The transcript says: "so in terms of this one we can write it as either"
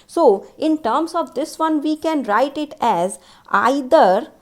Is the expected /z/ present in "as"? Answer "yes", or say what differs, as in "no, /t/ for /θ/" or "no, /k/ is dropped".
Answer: yes